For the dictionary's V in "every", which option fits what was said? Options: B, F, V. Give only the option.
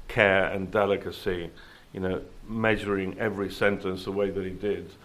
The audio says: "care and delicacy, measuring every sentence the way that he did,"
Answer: V